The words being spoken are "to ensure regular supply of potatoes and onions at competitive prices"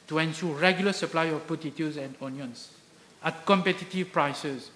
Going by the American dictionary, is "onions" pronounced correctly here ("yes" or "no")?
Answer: no